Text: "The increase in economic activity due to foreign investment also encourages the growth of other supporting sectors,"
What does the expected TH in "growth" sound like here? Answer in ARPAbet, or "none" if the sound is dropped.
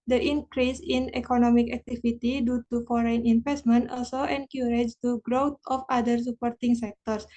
T